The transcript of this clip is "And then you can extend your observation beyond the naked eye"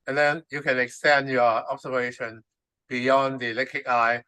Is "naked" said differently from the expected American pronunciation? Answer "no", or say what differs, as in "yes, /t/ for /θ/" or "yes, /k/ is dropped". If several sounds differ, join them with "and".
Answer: yes, /l/ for /n/